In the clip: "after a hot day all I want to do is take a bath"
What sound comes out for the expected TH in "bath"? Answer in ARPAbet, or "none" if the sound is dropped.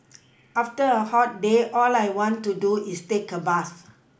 S